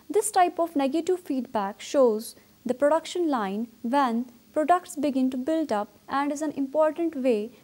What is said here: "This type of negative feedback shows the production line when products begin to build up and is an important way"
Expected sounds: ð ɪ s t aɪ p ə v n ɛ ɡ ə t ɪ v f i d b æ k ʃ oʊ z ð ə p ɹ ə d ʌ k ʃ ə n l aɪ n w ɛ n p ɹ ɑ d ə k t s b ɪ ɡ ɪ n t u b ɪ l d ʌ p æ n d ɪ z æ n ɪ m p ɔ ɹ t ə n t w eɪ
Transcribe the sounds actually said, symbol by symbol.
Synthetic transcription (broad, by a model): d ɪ s t aɪ p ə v n ɛ ɡ ə t ɪ v f i d b æ k ʃ oʊ z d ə p ɹ ə d ʌ k ʃ ə n l aɪ n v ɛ n p ɹ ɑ d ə k t s b ɪ ɡ ɪ n t u b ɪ l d ʌ p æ n d ɪ z æ n ɪ m p ɔ ɹ t ə n t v eɪ